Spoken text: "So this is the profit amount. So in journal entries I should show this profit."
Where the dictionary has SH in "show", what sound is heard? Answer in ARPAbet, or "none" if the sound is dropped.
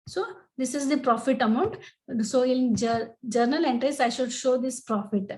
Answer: SH